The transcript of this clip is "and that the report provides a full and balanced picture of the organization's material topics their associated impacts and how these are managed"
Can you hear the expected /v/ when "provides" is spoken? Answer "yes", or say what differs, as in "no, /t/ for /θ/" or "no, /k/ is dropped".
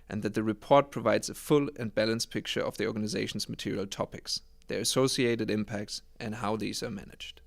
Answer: yes